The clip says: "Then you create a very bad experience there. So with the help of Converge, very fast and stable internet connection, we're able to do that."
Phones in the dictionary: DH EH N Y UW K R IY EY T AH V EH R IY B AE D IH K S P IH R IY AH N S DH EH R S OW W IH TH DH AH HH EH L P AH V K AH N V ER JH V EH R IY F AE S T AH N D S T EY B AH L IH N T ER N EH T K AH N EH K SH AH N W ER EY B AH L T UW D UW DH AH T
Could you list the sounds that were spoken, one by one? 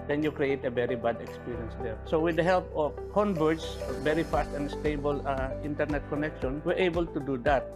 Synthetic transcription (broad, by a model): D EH N Y UW K R IY EY T AH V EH R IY B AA D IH K S P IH R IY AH N S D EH R S OW W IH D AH HH EH L P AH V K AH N B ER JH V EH R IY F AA S T AH N D S T EY B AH L IH N T ER N EH T K AH N EH K SH AH N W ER EY B AH L T UW D UW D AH T